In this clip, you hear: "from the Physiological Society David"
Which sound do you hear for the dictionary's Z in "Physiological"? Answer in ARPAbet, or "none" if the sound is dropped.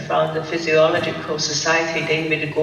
Z